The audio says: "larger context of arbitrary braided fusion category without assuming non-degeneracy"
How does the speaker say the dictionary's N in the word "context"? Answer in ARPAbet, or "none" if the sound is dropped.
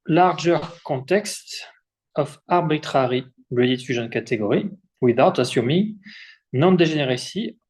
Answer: none